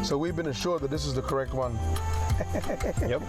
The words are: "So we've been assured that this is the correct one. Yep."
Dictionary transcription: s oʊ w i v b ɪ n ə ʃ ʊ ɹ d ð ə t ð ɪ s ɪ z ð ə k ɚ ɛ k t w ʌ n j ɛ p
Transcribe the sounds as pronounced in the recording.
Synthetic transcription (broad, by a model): s oʊ w i v b ɪ n ə ʃ ʊ ɹ d ð ə t ð ɪ s ɪ z ð ə k ɚ ɛ k t w ʌ n j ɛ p